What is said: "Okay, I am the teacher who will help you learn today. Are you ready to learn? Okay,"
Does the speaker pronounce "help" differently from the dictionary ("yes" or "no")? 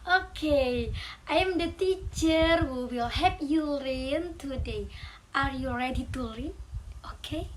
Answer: yes